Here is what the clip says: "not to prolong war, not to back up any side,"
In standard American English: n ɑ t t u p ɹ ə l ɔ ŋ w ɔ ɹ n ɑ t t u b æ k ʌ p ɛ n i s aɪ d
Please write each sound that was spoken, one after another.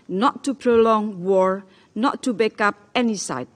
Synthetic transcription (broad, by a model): n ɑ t t u p ɹ ə l ɔ ŋ w ɔ ɹ n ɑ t t u b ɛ k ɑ p ɛ n i s aɪ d